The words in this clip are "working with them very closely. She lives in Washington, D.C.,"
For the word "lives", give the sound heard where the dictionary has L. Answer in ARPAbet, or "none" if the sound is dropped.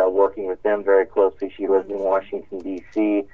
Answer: W